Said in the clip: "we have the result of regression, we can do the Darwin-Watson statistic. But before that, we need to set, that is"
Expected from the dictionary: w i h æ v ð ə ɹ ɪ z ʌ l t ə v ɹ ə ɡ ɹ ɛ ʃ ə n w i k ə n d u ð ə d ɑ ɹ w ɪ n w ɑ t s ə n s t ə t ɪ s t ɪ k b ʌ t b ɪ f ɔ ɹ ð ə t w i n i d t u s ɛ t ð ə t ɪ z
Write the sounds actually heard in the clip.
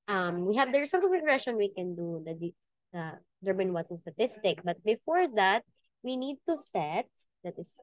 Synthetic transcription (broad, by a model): w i h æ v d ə ɹ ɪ s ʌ l t ə v ɹ ə ɡ ɹ ɛ ʃ ə n w i k ə n d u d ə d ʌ ɹ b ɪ n w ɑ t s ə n s t ə t ɪ s t ɪ k b ʌ t b ɪ f ɔ ɹ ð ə t w i n i d t u s ɛ t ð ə t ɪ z